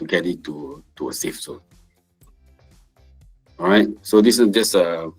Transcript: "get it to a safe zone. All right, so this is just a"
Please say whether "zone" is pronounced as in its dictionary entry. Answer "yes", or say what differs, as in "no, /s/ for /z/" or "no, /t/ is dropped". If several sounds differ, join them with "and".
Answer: no, /s/ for /z/ and /n/ is dropped